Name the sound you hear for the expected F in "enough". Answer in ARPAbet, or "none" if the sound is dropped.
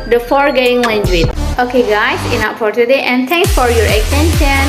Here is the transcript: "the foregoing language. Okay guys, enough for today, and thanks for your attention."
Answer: P